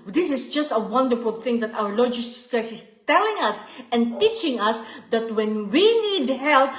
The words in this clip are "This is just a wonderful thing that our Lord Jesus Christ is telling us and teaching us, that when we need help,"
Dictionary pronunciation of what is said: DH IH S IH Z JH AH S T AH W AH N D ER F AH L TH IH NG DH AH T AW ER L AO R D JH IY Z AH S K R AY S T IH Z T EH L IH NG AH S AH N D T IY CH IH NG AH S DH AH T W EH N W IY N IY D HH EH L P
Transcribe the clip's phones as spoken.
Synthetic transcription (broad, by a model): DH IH S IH S JH AH S T AH W AH N D ER F AH L TH IH NG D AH T AW ER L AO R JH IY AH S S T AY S IH S T EH L IH NG AH S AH N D T IY CH IH NG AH S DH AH T W EH N W IY N IY D HH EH L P